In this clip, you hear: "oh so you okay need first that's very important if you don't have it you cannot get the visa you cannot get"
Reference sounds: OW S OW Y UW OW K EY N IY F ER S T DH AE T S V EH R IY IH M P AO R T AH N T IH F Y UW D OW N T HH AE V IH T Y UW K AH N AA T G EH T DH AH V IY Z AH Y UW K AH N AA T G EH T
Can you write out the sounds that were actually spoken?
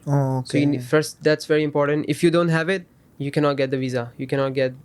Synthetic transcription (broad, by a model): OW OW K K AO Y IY F ER S T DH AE T S V EH R IY IH M P AO R T AH N T IH F Y UW D OW N T HH AE V IH T Y UW K AH N AA T G EH T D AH V IY Z AH Y UW K AH N AA T G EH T